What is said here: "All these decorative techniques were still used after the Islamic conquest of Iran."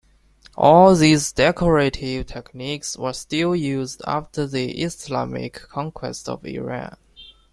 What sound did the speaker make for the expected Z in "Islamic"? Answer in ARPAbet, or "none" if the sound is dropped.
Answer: S